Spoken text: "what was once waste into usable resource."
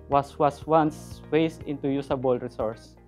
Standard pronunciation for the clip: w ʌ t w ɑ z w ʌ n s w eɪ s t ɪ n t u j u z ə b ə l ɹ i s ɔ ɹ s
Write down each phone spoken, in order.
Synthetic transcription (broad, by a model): w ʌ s w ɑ s w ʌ n s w eɪ s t ɪ n t u j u s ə b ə l ɹ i s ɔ ɹ s